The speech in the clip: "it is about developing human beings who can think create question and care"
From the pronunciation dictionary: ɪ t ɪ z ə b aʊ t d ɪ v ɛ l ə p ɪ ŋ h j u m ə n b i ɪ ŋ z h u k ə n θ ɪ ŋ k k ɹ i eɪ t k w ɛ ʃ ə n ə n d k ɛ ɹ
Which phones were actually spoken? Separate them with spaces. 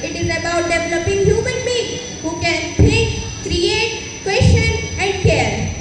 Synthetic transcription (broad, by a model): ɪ t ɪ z ə b aʊ t d ɪ v ɛ l ə p ɪ ŋ h j u m ə n b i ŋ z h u k ə n t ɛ k k ɹ i eɪ t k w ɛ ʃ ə n ə n d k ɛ ɹ